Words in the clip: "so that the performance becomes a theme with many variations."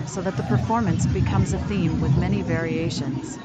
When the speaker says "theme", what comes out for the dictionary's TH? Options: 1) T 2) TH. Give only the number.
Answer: 2